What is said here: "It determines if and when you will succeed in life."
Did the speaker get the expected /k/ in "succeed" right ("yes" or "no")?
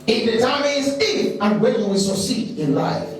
no